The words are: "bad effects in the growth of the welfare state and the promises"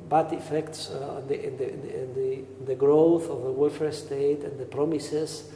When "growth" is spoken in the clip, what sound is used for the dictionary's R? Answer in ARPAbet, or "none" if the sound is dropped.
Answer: R